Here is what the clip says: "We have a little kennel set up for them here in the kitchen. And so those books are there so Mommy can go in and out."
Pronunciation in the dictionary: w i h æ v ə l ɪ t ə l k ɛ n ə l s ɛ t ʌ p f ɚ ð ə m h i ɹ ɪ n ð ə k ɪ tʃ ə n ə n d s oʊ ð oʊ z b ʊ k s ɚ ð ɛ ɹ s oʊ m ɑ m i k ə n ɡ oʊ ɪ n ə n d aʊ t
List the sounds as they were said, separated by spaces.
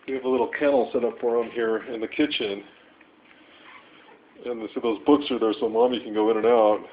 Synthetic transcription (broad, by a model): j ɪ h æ v ə l ɪ t l k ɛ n l s ɛ t ʌ p f ɚ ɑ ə m h i ɹ ɪ n ð ə k ɪ tʃ ə n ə n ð s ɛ ð oʊ z b ʊ k s ɚ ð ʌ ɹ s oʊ m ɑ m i k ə n ɡ oʊ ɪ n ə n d aʊ t